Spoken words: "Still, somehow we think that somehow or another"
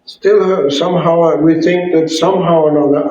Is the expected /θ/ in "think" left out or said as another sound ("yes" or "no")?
no